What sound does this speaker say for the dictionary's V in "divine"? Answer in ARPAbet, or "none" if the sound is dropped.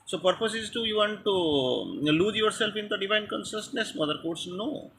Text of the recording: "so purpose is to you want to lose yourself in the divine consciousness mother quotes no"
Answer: V